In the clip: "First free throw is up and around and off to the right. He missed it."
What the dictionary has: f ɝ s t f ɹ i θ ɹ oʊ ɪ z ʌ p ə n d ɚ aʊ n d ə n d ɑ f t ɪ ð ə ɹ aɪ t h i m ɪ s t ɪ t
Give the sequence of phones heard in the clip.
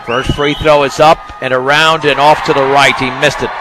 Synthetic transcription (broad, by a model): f ɝ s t f ɹ i θ ɹ oʊ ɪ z ʌ p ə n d ɚ aʊ n d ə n ɑ f t ɪ ð ə ɹ aɪ t h i m ɪ s t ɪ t